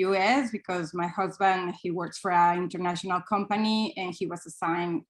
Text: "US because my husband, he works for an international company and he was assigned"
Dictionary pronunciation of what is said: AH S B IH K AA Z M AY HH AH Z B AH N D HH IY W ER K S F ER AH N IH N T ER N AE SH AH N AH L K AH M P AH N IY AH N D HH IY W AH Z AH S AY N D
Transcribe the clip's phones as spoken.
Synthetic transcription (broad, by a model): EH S B IH K AA Z M AY HH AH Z B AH N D HH IY W ER K S F ER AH IH N T ER N AE SH AH N AH L K AH M P AH N IY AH N HH IY W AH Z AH S AY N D